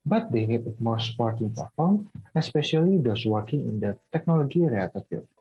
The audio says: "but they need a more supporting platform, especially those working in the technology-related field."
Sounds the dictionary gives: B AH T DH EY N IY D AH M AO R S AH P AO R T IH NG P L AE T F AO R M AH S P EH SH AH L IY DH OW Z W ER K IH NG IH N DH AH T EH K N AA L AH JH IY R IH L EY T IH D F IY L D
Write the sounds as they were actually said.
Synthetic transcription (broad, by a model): B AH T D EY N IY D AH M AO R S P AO R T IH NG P AE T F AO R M AH S P EH SH AH L IY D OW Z W ER K IH NG IH N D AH T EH K N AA L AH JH IY R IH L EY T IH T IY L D